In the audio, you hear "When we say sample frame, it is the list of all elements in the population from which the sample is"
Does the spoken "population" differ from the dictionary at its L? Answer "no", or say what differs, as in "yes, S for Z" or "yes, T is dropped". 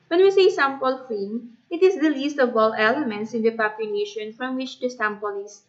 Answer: yes, N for L